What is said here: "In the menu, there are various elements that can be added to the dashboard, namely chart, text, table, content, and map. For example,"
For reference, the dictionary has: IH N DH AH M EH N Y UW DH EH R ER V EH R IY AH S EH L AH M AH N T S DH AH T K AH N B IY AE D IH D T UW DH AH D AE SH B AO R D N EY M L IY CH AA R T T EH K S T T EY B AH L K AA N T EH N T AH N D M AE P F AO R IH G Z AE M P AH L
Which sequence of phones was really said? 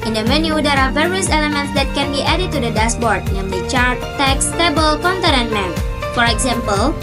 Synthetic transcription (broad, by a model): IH N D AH M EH N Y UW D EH R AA V EH R IY AH S EH L AH M AH N T S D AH T K AH N B IY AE D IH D T UW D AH D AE S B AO R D N EY M L IY CH AA R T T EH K S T T EY B AH L K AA N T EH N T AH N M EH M F AO R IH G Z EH M P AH L